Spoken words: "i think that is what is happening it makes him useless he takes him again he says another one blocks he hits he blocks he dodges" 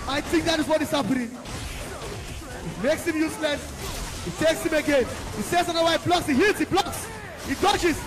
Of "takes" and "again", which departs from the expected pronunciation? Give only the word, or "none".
none